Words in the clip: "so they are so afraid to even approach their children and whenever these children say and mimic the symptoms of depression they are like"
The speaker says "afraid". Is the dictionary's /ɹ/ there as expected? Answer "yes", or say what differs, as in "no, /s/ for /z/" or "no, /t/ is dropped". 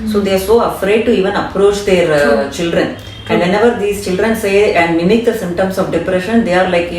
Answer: yes